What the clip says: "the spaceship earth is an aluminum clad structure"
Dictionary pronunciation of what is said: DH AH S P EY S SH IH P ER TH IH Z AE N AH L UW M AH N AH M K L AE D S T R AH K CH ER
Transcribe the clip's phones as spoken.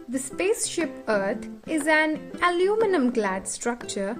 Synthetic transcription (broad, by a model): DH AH S P EY S SH IH P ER T IH Z AE N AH L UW M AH N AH M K L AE D S T R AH K CH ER